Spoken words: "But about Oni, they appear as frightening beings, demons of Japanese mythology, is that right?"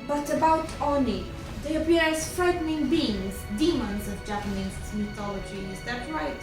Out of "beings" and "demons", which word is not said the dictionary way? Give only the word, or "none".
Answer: none